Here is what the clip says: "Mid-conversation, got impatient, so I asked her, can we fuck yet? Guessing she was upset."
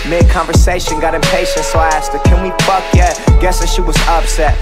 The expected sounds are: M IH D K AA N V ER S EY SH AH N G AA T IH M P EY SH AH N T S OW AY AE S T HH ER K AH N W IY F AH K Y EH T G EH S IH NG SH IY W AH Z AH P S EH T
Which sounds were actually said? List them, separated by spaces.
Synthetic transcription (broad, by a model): M IH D K AA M V ER S EY SH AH N G AA T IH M P EY SH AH N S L AE S T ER K AH N W IY P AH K Y EH T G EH S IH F SH IY W AH Z AH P S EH T